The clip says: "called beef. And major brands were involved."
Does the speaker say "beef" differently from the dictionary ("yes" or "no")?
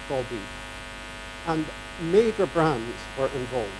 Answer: yes